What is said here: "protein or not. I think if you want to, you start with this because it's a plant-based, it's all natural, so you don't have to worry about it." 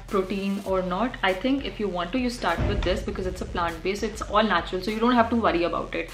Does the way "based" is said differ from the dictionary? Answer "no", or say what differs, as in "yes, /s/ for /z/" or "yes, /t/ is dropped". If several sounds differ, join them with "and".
yes, /t/ is dropped